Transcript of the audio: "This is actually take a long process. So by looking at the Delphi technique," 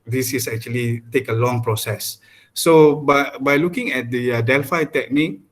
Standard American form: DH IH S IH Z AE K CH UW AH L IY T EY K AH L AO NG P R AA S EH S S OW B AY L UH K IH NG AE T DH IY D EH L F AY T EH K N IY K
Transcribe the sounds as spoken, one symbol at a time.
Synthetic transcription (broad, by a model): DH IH S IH S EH K CH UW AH L IY T EY K AH L AO NG P R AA S EH S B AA B AY L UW K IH NG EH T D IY D EH L F AY T EH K N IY K